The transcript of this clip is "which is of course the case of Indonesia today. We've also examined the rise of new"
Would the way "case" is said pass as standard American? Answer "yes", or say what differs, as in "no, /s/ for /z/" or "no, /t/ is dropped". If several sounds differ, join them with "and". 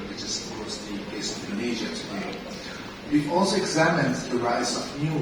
no, /s/ is dropped